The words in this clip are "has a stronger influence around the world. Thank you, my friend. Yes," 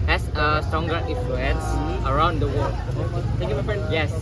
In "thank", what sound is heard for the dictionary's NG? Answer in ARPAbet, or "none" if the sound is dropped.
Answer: none